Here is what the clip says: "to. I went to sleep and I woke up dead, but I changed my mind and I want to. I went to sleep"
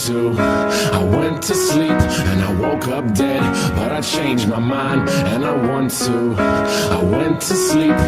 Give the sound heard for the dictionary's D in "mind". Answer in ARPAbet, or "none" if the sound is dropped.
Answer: D